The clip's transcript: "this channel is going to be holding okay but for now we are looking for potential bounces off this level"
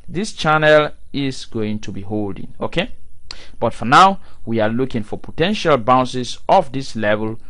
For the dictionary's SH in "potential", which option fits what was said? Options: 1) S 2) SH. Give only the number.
2